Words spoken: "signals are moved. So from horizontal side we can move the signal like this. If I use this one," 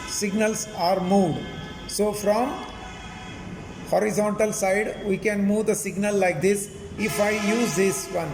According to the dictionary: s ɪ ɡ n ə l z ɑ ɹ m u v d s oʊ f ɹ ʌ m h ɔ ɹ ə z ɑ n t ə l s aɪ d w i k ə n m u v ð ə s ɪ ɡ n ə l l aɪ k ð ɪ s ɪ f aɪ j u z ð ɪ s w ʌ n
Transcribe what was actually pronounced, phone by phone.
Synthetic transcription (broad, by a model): s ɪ ɡ n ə l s ɑ ɹ m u d s oʊ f ɹ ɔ m h ɔ ɹ ə z ɑ n t ə l s aɪ d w i k ə n m u v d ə s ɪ ɡ n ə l l aɪ k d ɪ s ɪ f aɪ j u z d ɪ s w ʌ n